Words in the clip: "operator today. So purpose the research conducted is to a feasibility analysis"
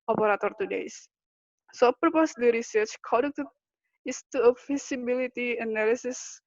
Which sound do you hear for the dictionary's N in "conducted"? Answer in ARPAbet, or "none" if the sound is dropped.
none